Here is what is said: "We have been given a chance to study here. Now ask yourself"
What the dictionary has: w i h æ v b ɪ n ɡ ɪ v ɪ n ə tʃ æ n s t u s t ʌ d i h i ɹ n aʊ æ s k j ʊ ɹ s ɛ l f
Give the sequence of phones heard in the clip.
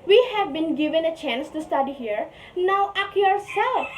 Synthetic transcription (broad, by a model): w i h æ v b ɪ n ɡ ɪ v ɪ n ə tʃ æ n s t u s t ʌ d i h i ɹ n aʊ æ k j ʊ ɹ s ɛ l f